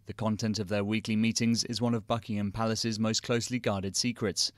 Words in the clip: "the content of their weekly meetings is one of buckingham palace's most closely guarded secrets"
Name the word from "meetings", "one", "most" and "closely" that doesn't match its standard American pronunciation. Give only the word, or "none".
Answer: none